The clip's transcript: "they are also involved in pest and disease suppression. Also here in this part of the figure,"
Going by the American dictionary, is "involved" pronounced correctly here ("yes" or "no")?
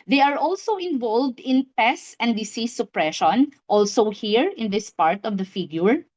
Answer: yes